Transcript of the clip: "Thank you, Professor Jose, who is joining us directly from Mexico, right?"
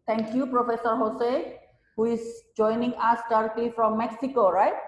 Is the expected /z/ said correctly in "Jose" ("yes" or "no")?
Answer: no